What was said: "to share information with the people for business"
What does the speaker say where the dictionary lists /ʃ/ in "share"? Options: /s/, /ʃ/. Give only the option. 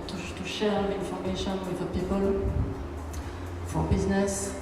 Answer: /ʃ/